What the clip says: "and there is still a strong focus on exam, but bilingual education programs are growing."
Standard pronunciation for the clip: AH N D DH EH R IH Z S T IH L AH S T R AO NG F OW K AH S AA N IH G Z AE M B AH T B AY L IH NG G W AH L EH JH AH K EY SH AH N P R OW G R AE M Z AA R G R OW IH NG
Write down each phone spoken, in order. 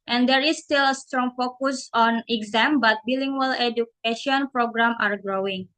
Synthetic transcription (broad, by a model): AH N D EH R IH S T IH L AH S T R AO NG F OW K AH S AA N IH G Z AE M B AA T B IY L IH NG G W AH L EH JH AH K EY SH AH N P R OW G R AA M AA R G R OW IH NG